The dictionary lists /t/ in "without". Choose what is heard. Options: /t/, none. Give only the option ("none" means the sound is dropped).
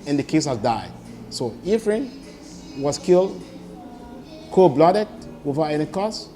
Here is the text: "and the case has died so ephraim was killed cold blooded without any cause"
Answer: none